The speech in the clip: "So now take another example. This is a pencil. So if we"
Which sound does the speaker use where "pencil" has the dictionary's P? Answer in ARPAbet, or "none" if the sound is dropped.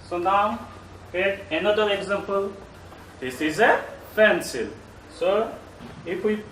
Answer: F